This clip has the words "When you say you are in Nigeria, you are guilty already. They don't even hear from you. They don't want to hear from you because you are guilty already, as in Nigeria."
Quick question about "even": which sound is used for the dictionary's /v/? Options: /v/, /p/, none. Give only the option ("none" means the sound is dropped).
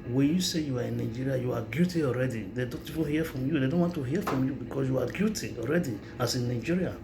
/p/